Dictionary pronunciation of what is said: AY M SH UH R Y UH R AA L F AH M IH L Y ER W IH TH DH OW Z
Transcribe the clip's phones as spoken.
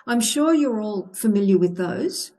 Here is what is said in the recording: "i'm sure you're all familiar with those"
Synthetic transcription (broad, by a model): AY M SH UH R Y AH R AA L F AH M IH L Y ER W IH DH OW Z